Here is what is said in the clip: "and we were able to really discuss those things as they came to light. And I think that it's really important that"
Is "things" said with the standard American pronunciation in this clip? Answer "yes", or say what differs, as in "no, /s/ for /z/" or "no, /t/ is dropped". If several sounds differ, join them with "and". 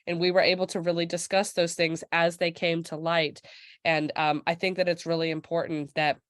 yes